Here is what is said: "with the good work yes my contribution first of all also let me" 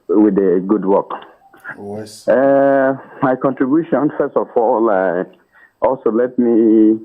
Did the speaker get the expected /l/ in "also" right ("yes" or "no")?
yes